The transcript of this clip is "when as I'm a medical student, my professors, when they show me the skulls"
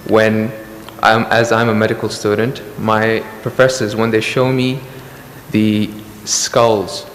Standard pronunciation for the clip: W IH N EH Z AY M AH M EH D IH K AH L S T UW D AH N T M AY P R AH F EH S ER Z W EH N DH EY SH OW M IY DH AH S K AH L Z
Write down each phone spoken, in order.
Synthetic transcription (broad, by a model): W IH N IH Z AY M AH M EH D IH K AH L S T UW D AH N T M AY P R AH F EH S ER Z W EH N DH EY SH OW M IY DH AH S K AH L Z